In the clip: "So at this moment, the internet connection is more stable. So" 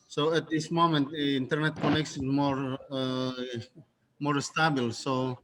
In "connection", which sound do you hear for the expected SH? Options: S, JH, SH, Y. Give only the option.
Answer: S